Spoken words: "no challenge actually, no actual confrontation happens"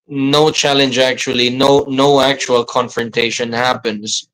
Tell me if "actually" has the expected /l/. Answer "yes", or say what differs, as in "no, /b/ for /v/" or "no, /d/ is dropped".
no, /n/ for /l/